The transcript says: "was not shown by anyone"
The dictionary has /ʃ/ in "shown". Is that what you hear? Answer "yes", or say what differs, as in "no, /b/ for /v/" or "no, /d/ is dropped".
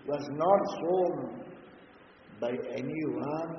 no, /s/ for /ʃ/